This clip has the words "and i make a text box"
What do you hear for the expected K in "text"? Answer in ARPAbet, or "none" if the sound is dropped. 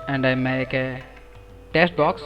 none